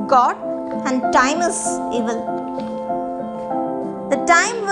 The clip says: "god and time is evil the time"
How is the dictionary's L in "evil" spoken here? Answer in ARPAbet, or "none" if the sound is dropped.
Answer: L